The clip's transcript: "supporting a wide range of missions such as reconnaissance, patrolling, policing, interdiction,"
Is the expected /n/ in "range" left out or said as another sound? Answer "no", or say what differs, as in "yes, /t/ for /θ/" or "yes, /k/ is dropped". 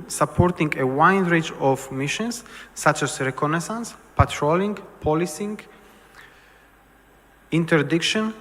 yes, /n/ is dropped